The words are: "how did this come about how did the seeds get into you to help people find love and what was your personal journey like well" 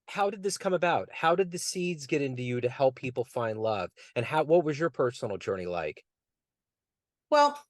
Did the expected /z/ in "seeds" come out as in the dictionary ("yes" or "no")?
yes